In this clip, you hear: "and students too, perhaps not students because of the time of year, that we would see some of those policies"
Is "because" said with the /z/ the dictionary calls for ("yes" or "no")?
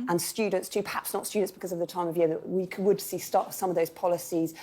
yes